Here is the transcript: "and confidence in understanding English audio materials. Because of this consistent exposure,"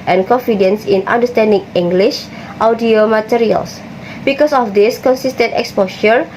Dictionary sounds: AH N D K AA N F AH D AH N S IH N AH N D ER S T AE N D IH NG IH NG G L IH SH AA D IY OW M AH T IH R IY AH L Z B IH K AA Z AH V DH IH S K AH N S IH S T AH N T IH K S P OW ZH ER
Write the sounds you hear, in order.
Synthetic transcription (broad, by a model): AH N K AA N F AH D AH N S IH N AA N D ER S T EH N D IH NG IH NG G L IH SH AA D IY OW M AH T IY R IY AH L S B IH K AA S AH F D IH S K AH N S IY S T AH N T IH K S P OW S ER